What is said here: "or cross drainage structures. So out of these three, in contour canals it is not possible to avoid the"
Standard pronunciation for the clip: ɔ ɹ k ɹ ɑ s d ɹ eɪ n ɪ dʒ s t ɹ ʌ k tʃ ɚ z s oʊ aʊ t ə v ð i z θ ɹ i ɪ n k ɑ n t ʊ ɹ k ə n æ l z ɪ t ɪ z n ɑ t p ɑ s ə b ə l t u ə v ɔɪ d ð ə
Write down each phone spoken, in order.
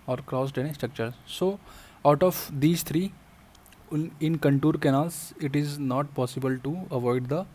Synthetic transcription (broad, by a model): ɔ ɹ k ɹ ɑ s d eɪ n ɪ s t ɹ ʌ k tʃ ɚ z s oʊ aʊ t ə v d i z t ɹ i ɪ n k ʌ n t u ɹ k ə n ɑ l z ɪ t ɪ z n ɑ t p ɑ s ə b ə l t u ə v ɔɪ d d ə